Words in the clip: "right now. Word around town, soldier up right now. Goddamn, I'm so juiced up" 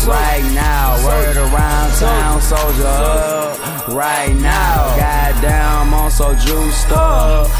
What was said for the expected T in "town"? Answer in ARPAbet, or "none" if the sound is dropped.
S